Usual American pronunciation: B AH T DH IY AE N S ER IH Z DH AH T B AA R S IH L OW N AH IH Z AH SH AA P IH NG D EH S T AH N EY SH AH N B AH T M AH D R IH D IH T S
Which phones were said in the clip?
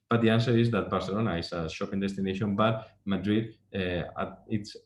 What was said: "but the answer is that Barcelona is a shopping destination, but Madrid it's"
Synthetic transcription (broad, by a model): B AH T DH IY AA N S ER IH Z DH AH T B AA R S IH L OW N AH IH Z AH SH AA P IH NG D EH S T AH N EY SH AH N B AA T M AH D R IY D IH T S